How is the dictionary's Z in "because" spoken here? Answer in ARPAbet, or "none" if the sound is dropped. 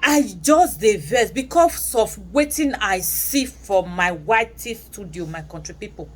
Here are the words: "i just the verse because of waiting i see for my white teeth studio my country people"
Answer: S